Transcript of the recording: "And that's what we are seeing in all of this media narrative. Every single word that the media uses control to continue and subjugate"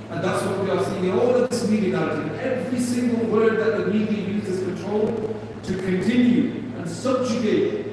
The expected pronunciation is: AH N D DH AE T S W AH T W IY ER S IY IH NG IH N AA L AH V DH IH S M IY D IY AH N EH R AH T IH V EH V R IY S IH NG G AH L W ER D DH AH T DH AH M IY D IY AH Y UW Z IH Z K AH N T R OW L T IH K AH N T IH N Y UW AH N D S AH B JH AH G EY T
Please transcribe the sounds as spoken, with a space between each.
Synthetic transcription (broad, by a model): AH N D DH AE T S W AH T W IY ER S IY IH NG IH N AA L AH V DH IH S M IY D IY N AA AH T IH EH V R IY S IH NG G AH L W ER D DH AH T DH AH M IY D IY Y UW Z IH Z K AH N T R OW L T IH K AH N T IH N Y UW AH N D S AH B JH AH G EY T